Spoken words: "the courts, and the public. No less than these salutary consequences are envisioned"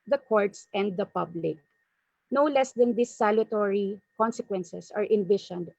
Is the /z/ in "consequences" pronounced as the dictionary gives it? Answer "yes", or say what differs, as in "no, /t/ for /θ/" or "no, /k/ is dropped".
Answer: no, /s/ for /z/